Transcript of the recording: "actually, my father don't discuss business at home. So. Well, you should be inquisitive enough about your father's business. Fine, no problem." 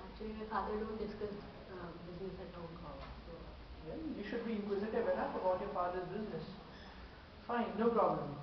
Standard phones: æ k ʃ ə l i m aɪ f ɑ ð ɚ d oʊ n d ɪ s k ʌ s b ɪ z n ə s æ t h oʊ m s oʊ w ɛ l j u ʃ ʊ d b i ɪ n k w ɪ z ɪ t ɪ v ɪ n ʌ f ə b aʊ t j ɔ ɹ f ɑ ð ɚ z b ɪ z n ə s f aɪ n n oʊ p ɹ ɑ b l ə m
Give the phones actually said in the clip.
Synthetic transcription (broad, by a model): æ k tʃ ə l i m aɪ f ɑ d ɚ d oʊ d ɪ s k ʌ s b ɪ z n ə s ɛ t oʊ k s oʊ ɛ n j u ʃ ʊ d b i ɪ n k w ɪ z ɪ t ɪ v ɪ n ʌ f ə b aʊ t j ɔ ɹ f ɑ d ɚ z b ɪ z n ə s f aɪ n n oʊ p ɹ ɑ b l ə m